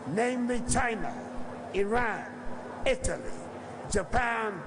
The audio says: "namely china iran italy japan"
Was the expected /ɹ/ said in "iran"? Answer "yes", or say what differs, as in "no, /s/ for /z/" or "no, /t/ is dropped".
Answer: yes